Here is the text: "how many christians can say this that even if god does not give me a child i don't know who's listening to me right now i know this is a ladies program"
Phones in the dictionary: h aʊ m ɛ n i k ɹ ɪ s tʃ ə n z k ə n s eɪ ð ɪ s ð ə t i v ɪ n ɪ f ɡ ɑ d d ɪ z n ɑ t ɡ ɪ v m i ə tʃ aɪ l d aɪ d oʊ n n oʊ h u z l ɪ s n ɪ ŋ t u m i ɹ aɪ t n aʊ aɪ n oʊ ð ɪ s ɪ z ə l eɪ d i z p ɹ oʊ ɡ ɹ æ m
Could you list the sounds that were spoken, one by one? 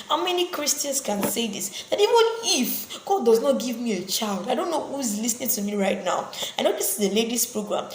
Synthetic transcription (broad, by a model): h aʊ m ɛ n i k ɹ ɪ s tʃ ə n s k ə n s eɪ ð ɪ s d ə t i v ɪ n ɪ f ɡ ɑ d d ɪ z n ɑ t ɡ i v m i ə tʃ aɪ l d aɪ d oʊ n n oʊ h u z l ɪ s n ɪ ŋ t u m i ɹ aɪ t n aʊ aɪ n oʊ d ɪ s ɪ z ə l eɪ d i s p ɹ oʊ ɡ ɹ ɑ m